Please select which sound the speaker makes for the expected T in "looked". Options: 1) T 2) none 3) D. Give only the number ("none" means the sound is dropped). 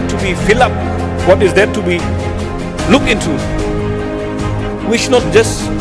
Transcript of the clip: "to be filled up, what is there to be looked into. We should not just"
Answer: 2